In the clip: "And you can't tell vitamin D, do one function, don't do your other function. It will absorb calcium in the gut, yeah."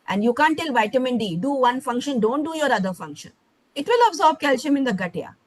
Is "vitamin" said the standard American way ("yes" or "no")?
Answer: yes